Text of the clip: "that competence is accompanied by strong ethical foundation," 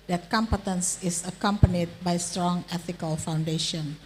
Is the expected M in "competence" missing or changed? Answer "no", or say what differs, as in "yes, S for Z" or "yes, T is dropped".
no